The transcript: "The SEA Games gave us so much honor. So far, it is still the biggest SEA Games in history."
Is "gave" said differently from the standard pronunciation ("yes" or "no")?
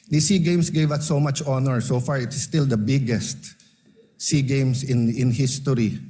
no